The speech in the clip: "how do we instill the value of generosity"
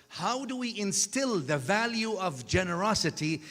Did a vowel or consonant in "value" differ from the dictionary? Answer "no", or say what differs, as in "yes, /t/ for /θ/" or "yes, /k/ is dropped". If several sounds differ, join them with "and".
no